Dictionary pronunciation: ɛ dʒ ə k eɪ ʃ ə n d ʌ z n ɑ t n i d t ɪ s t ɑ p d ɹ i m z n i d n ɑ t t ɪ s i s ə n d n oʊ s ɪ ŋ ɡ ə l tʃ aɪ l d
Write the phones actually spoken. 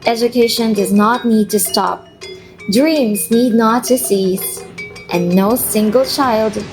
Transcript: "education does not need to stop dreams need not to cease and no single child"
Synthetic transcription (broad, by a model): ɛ dʒ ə k eɪ ʃ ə n d ʌ z n ɑ t n i d t ɪ s t ɑ p d ɹ i m z n i d n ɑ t t ɪ s i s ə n n oʊ s ɪ ŋ ɡ ə l tʃ aɪ l d